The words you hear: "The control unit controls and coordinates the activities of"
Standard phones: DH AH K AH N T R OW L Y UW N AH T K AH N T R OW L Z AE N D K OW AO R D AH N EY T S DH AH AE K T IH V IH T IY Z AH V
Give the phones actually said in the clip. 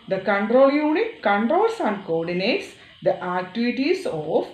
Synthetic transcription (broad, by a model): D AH K AH N T R OW L Y UW N AH T K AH N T R OW L S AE N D K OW AO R D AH N EY T S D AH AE K T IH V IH T IY S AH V